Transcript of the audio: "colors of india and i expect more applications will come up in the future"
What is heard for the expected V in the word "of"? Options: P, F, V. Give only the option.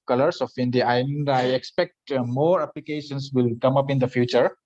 F